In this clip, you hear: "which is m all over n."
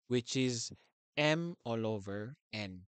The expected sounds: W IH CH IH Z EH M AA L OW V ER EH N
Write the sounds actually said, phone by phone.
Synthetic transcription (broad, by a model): W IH CH IH Z EH M AA L OW V ER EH N